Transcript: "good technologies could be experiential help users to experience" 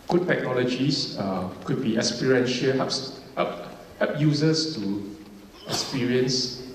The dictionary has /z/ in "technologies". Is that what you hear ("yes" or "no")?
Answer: no